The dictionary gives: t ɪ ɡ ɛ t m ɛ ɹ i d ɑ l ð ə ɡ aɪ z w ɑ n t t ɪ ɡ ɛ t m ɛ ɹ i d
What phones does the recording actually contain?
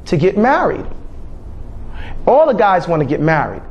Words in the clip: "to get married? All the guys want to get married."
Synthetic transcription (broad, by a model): t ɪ ɡ ɛ t m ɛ ɹ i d ɑ l ð ə ɡ aɪ z w ɑ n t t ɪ ɡ ɛ t m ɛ ɹ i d